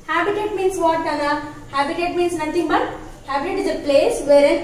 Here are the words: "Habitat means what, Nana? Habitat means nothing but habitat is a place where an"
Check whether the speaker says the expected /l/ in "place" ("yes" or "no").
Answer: yes